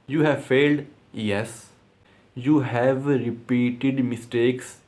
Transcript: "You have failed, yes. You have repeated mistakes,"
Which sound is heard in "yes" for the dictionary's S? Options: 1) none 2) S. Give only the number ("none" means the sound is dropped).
2